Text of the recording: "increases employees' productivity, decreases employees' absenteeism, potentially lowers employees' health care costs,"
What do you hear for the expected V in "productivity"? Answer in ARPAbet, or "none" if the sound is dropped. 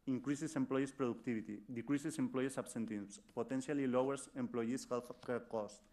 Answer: B